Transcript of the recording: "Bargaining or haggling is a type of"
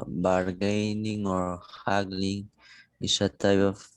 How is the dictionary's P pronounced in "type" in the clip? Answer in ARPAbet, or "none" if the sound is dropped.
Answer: B